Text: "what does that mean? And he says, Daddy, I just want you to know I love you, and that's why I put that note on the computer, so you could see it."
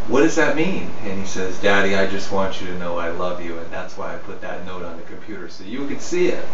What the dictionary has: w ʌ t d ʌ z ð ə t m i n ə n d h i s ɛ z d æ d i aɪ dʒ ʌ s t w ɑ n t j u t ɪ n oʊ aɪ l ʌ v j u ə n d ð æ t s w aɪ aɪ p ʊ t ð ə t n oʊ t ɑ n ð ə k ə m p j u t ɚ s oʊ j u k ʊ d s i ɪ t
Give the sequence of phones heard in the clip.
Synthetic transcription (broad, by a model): w ʌ t d ʌ z ð ə t m i n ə n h i s ɛ z d æ d i aɪ dʒ ʌ s t w ɑ n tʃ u t ɪ n oʊ aɪ l ʌ v j u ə n ð æ t s w aɪ aɪ p ʊ t ð ə t n oʊ t n ð ə k ə m p j u t ɚ s oʊ j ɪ k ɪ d s i ɪ t